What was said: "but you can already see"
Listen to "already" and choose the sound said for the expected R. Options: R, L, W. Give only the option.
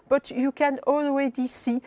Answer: W